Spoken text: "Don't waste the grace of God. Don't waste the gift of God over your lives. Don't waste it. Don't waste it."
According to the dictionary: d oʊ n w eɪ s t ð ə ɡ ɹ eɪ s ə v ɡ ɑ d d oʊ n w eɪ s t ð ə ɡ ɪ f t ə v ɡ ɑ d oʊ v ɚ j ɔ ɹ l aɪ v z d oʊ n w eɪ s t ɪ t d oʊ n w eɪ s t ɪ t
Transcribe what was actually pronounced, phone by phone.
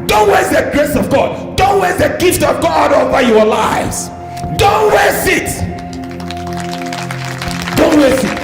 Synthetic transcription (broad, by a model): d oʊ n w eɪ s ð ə ɡ ɹ eɪ s ə v ɡ ɑ d d oʊ n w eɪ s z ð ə ɡ ɪ f t ə v ɡ ɑ d oʊ v ɚ j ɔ l aɪ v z d oʊ n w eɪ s ɪ t d oʊ n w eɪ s ɪ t